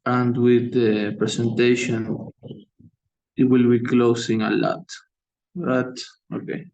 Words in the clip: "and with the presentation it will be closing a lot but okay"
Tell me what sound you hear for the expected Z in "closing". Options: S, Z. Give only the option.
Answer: S